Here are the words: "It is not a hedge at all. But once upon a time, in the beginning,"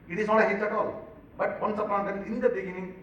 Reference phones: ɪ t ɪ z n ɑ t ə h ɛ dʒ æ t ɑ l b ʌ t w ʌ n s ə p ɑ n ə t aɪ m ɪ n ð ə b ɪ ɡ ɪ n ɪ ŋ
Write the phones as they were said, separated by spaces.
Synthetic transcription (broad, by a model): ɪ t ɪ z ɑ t ə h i tʃ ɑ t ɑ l b ʌ t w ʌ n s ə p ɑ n ə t ɪ n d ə b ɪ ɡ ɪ n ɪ ŋ